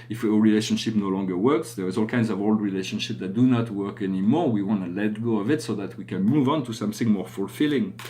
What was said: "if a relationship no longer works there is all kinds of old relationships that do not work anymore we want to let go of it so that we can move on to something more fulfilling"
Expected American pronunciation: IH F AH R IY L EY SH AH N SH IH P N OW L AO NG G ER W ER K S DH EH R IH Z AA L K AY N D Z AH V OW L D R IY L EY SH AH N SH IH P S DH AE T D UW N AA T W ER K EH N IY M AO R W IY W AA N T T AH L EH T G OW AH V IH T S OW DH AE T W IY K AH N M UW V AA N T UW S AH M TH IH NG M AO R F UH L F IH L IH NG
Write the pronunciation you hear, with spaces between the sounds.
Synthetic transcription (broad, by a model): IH F AH R IY L EY SH AH N SH IH P N OW L AO NG G ER W ER K S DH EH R IH Z AA L K AY N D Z AH V OW L D R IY L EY SH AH N SH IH P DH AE T D UW N AA T W ER K EH N IY M AO R W IY W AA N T T AH L EH T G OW AH V IH T S OW DH AE T W IY K AH N M UW V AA N T UW S AH M TH IH NG M AO R F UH L F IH L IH NG